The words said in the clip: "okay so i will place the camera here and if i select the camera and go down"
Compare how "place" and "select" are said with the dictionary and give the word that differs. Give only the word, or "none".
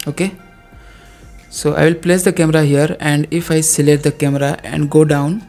select